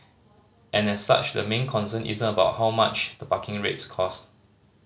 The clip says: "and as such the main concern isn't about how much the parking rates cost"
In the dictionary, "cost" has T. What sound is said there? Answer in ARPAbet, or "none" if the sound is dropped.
T